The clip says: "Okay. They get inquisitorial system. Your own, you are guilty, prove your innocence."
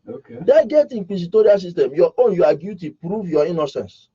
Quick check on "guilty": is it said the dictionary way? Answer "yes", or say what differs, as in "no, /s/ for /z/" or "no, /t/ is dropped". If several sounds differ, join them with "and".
no, /l/ is dropped